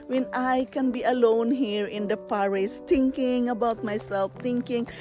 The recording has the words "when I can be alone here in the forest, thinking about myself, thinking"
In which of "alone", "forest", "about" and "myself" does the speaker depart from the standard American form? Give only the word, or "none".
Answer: forest